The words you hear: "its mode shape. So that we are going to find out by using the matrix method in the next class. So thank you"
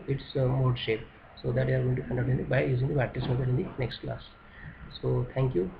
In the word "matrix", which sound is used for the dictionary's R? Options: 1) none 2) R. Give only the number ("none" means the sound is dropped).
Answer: 1